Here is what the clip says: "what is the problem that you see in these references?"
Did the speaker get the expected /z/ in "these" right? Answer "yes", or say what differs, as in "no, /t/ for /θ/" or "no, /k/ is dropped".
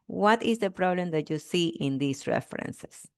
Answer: no, /s/ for /z/